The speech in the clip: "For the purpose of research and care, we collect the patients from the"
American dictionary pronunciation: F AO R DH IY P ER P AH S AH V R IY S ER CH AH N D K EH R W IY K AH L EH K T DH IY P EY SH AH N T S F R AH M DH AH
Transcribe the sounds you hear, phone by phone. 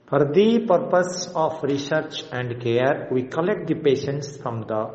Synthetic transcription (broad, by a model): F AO R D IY P ER P AH S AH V R IY S ER CH AH N D K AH R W IY K AH L EH K T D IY P EY SH AH N T S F R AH M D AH